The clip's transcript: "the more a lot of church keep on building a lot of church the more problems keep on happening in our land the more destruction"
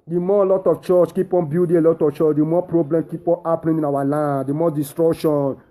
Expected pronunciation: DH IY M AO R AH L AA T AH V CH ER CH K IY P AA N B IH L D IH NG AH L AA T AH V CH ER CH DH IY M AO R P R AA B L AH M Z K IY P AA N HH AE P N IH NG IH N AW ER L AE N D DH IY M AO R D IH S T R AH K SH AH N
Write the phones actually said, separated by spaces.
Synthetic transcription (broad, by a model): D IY M AO L AA T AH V CH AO CH K IY P AA N B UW D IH AH L AA T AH F CH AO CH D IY M AO P R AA B L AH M K IY P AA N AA P L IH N IH N AW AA L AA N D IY M AO D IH S T R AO K SH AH N